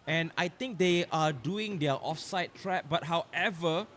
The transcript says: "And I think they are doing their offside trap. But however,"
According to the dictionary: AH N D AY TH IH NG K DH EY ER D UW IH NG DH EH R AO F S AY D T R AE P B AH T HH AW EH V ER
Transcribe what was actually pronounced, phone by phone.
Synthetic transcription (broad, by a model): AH N AY T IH NG K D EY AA D UW IH NG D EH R AO F S AY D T R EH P B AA T HH AW EH V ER